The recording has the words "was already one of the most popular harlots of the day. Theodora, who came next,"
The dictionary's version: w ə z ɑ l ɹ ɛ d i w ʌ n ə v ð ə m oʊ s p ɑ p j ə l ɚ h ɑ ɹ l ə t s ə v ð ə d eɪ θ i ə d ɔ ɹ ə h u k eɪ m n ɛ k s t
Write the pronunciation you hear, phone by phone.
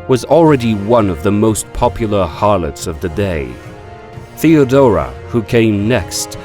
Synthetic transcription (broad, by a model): w ə z l ɹ ɛ d i w ʌ n ə v ð ə m oʊ s p ɑ p j l ɚ h ɑ ɹ l ə t s ə v ð ə d eɪ θ i ə d ɔ ɹ ə h u k eɪ m n ɛ k s t